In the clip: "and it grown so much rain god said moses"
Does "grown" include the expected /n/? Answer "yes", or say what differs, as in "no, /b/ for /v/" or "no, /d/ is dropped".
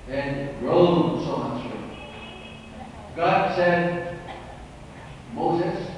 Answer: no, /l/ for /n/